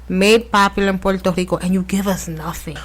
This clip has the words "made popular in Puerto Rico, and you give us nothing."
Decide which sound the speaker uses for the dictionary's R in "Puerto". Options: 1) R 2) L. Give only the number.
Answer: 2